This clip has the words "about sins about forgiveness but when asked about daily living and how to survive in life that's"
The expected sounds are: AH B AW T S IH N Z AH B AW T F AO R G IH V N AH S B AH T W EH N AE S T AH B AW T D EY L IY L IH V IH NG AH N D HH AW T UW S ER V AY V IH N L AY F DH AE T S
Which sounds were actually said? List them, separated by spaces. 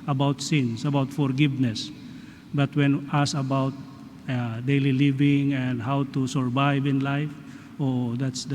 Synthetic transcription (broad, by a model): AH B AW T S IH N S AH B AW T F AO R G IH V N AH S B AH T W EH N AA S AH B AW T D EY L IY L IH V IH NG AH N D HH AW T UW S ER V AY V IH N L AY F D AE T S